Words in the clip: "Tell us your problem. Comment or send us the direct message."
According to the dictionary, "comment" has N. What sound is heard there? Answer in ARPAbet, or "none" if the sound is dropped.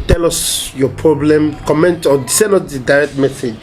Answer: N